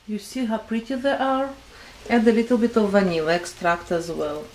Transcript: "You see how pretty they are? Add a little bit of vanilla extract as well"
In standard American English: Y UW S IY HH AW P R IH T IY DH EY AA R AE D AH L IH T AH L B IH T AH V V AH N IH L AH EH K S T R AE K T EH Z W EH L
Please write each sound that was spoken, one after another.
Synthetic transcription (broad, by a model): Y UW S IY HH AW P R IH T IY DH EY AA R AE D AH L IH T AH L B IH T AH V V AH N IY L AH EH K S T R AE K T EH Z W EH L